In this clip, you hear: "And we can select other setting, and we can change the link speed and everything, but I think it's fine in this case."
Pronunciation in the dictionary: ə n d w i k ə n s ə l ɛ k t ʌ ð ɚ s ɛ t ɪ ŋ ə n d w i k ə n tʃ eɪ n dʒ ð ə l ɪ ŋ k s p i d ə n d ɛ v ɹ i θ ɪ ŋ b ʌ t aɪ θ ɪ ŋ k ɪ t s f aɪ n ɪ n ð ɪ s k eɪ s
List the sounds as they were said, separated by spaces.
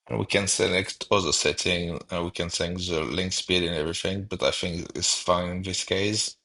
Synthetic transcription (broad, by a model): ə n w i k ə n s ə l ɛ k t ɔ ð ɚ s ɛ t ɪ ŋ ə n w i k ə n s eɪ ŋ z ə l ɪ ŋ k s p i d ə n ɛ v ɹ i θ ɪ ŋ b ʌ t aɪ θ ɪ ŋ k ɪ t s f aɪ n ɪ n ð ɪ s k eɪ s